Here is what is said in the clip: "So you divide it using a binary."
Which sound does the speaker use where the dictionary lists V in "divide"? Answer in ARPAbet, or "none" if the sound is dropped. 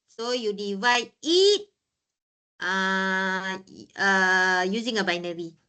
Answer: V